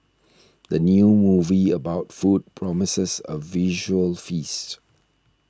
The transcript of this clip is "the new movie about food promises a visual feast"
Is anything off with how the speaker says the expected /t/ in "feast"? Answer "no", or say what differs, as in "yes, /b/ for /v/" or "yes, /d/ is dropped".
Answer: no